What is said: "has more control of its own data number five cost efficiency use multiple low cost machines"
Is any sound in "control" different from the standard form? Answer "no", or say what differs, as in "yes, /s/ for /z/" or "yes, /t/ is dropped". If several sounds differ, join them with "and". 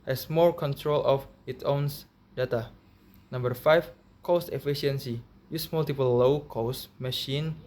no